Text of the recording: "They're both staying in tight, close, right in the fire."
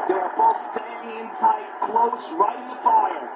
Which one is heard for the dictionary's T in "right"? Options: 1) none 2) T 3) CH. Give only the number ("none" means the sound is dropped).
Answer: 1